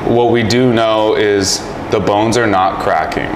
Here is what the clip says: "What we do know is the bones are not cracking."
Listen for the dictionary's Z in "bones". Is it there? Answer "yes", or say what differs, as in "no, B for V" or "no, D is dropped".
yes